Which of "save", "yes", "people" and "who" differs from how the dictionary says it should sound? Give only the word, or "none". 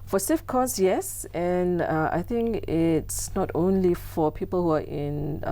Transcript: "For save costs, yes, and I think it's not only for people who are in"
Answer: save